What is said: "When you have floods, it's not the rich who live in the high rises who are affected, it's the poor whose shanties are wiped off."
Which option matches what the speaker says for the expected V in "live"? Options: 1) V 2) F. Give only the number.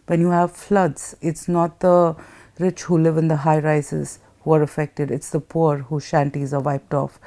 1